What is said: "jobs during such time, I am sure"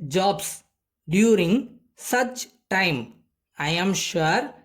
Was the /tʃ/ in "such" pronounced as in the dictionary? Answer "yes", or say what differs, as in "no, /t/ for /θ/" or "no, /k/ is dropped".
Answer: yes